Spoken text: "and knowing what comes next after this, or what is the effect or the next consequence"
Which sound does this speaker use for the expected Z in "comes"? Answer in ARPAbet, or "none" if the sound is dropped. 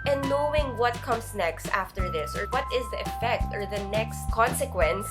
S